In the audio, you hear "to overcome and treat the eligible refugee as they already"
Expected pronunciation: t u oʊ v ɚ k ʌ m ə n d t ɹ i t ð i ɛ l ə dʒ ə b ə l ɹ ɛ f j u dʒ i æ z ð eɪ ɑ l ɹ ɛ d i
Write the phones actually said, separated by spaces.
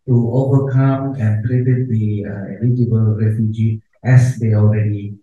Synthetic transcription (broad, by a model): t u oʊ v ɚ k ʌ m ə n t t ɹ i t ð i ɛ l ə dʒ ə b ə l ɹ ɛ f j u dʒ i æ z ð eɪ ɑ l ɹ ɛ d i